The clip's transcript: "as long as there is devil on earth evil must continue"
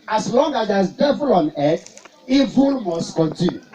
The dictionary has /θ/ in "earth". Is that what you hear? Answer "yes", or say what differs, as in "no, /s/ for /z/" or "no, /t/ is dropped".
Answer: no, /t/ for /θ/